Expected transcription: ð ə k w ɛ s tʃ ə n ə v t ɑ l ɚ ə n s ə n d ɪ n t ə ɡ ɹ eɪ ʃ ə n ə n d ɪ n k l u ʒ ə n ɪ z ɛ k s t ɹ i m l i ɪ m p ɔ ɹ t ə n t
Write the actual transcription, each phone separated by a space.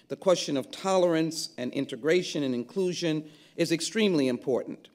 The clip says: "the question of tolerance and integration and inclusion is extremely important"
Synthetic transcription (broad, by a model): ð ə k w ɛ s tʃ ə n ə v t ɑ l ɚ ə n s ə n ɪ n t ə ɡ ɹ eɪ ʃ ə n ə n ɪ n k l u ʒ ə n ɪ z ɛ k s t ɹ i m l i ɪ m p ɔ ɹ t n t